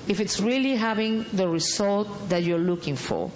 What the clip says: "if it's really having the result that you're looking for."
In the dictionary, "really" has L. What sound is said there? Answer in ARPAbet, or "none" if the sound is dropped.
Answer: L